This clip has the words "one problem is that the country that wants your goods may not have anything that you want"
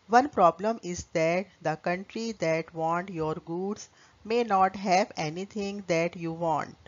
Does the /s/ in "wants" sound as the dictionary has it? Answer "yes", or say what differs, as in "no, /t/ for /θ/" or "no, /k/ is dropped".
no, /s/ is dropped